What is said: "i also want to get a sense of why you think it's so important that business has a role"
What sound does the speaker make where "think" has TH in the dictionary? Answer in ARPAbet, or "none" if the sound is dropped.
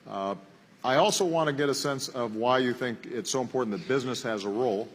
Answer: TH